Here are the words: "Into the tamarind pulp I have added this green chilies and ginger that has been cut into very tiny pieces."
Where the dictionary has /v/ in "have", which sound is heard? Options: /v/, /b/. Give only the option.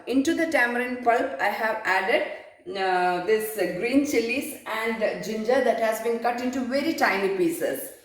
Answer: /v/